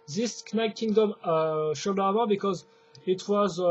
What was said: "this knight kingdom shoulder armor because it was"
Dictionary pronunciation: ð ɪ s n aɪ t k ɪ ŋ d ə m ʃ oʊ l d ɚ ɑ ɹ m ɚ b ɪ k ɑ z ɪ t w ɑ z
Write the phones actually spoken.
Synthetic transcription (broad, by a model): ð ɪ s n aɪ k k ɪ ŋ d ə m ʃ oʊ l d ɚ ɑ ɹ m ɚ b ɪ k ɑ z ɪ t w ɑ z